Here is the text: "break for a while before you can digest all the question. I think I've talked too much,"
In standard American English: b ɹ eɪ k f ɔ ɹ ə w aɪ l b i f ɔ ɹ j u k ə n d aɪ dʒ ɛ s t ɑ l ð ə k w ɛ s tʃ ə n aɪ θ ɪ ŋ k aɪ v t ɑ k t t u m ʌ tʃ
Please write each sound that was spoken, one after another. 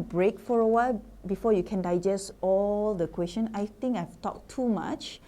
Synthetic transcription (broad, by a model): b ɹ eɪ k f ɔ ɹ ə w aɪ l b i f ɔ j u k ə n d aɪ dʒ ɛ s t ɑ l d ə k w ɛ s tʃ ə n aɪ t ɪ ŋ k aɪ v t ɑ k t t u m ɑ tʃ